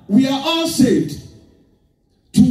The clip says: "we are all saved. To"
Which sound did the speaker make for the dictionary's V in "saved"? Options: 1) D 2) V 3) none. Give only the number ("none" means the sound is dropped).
3